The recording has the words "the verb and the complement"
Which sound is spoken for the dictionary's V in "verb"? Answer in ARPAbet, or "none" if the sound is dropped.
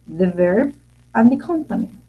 V